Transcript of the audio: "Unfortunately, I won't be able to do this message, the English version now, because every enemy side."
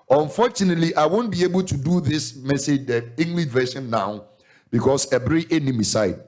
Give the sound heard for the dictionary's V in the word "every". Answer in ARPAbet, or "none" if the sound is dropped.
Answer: B